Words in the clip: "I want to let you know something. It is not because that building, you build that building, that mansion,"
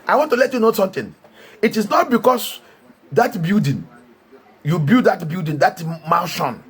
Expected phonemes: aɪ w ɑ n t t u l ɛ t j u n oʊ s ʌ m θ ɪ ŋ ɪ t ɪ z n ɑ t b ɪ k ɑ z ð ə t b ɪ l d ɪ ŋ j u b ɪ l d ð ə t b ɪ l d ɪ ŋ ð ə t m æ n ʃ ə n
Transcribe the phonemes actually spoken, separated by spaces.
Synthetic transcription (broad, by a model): aɪ w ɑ n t t u l ɛ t j u n oʊ s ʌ m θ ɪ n ɪ t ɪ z n ɑ t b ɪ k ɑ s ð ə t b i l d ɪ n j u b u d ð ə t b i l d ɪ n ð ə t m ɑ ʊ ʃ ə n